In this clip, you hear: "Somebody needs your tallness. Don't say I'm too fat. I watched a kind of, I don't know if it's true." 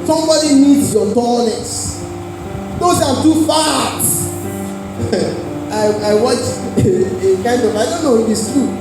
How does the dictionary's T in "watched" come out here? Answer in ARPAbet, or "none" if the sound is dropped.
none